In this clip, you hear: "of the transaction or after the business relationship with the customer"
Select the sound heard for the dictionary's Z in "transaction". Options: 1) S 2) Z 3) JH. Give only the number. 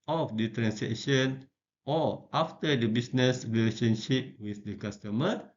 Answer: 1